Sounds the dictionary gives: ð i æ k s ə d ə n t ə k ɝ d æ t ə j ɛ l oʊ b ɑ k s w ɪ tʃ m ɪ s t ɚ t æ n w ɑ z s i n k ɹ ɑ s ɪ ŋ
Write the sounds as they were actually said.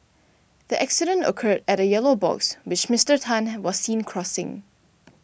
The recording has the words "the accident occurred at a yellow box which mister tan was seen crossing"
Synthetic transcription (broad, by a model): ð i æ k s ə d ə n t ə k ɝ d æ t ə j ɛ l oʊ b ɑ k s w ɪ tʃ m ɪ s t ɚ t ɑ n w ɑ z s i n k ɹ ɑ s ɪ ŋ